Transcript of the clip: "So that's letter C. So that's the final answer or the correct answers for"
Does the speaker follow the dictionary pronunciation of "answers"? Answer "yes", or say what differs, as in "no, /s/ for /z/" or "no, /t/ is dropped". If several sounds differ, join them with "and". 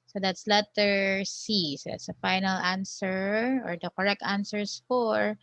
no, /s/ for /z/